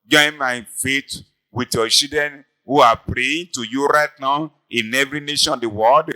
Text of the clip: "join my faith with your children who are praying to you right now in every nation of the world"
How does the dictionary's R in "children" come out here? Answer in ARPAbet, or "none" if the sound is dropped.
none